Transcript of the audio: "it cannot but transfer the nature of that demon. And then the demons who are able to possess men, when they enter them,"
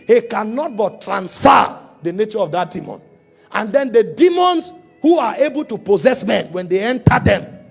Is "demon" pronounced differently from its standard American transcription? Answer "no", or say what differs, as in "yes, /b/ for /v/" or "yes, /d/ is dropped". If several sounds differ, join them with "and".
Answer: no